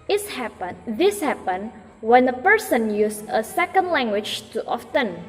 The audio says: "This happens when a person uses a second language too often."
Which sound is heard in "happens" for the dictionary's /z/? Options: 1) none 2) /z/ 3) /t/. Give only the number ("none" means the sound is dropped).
1